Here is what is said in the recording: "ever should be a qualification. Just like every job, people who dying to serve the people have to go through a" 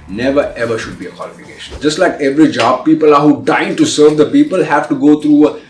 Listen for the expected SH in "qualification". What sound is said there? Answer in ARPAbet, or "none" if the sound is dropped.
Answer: SH